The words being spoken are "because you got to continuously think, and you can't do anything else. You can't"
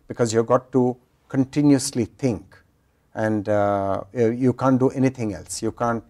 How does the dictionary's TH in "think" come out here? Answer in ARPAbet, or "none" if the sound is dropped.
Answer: T